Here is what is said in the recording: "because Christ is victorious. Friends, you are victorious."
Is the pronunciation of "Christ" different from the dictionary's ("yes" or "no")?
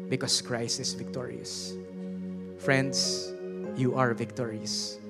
yes